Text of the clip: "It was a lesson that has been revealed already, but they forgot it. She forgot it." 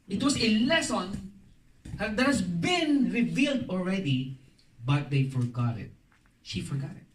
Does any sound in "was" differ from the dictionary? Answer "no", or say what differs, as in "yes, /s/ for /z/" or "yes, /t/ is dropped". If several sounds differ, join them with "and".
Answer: yes, /s/ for /z/